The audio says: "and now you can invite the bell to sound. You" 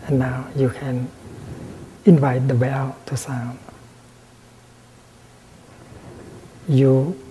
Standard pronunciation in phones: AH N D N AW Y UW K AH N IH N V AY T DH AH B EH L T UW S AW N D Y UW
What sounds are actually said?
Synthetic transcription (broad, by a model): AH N N AW Y UW K AH N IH N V AY T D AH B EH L T UW S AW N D Y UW